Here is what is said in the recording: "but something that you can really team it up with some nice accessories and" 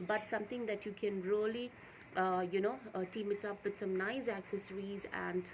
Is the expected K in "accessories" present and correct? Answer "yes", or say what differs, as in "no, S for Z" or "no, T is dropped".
yes